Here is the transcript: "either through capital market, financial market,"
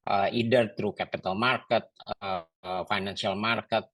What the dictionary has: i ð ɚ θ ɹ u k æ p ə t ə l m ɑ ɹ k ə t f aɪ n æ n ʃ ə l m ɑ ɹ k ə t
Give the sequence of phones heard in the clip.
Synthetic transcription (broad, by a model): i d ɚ t ɹ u k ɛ p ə t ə l m ɑ ɹ k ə t f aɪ n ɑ n s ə l m ɑ ɹ k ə t